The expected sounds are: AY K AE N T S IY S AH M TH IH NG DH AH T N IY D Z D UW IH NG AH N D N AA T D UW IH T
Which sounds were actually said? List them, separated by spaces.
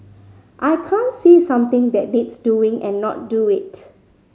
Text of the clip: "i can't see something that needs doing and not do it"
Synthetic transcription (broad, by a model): AY K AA N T S IY S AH M T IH NG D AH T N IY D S D UW IH NG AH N N AA T D UW IH T